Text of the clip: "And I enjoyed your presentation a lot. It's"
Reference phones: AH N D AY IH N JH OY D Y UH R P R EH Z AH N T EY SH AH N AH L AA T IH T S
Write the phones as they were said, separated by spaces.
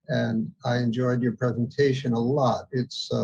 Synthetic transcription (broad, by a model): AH N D AY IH N JH OY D Y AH R P R EH Z AH N T EY SH AH N AH L AA T IH T S